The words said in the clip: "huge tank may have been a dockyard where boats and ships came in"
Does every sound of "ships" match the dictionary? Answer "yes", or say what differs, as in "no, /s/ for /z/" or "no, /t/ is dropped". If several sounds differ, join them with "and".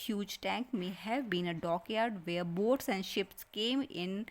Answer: yes